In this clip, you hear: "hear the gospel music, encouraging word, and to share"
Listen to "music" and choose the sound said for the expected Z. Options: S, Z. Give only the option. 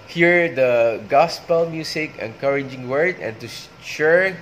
S